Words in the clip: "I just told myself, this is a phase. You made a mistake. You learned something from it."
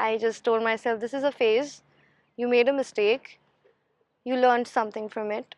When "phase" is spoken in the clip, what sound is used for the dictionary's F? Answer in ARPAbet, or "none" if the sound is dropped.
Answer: F